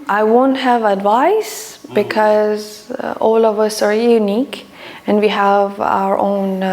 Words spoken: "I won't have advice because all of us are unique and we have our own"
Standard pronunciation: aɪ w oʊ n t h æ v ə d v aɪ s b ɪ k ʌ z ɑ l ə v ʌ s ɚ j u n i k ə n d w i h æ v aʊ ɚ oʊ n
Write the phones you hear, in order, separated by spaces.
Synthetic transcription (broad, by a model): aɪ w oʊ n t h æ v ə d v aɪ s b ɪ k ʌ z ɑ l ə v ʌ s ɚ j u n i k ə n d w i h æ v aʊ ɚ oʊ n